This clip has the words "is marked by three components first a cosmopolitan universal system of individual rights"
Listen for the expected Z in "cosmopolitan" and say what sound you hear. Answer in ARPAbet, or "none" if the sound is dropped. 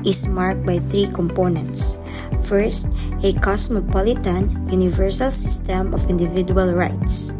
S